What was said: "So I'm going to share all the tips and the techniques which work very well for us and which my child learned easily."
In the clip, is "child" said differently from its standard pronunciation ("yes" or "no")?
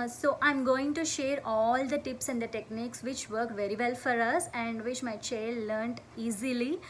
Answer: no